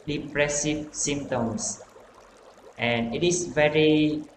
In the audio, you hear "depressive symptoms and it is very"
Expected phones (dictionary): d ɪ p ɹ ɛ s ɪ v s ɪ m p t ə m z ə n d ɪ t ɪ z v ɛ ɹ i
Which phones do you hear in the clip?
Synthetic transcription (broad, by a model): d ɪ p ɹ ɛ s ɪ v s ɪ m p t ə m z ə n ɪ t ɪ s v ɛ ɹ i